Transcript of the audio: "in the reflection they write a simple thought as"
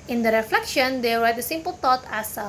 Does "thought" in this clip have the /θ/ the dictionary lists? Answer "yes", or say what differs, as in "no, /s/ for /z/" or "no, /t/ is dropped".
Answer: no, /t/ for /θ/